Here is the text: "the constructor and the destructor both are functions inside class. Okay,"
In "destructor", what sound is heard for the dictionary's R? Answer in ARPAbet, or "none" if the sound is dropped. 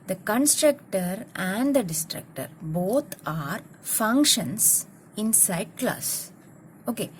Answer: R